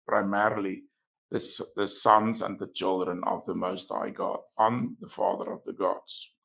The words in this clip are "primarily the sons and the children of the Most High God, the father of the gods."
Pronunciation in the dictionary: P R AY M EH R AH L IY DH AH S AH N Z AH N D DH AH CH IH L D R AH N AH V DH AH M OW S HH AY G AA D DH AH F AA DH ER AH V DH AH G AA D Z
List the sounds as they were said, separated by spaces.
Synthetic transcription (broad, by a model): P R AY M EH R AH L IY DH AH S AH N Z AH N DH AH CH IH L D R AH N AH V DH AH M OW S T AY G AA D DH AH F AA DH ER AH V DH AH G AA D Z